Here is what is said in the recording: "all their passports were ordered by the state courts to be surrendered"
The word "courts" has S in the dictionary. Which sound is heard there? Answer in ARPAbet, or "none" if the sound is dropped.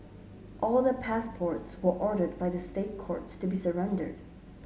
S